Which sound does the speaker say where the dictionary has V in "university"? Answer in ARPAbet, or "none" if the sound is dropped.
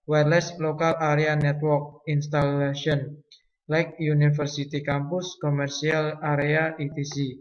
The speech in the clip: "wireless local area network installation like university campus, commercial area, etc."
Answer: F